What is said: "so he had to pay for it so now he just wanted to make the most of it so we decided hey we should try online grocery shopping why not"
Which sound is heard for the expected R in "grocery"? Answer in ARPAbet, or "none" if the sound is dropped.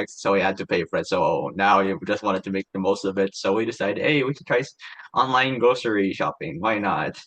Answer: none